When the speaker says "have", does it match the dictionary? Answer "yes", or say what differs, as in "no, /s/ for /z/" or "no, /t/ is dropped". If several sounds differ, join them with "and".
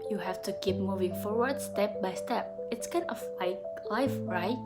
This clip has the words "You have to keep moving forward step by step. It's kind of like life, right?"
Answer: no, /f/ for /v/